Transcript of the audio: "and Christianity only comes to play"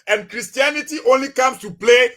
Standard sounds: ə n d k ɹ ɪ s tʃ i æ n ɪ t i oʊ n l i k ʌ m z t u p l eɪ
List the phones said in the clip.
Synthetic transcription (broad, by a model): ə n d k ɹ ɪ s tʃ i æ n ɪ t i oʊ n l i k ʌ m s t u p l eɪ